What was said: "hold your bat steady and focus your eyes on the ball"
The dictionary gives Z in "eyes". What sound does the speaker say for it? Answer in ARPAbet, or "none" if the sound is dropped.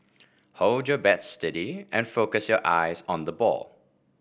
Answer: Z